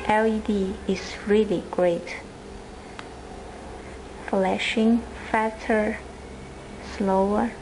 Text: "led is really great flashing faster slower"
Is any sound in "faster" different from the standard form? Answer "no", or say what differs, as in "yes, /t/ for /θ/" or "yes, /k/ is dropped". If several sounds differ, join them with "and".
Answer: yes, /s/ is dropped